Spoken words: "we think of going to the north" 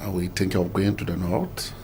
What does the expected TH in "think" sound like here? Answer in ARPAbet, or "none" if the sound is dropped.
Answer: T